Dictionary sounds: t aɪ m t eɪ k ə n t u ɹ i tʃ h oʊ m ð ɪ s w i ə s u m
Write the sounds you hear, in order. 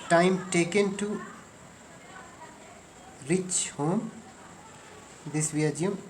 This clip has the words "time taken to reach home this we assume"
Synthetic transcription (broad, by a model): t aɪ m t eɪ k ə n t u ɹ i tʃ h oʊ m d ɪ s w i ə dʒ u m